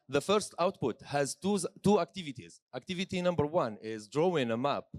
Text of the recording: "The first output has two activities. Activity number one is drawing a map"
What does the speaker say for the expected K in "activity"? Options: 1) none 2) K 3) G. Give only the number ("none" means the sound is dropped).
2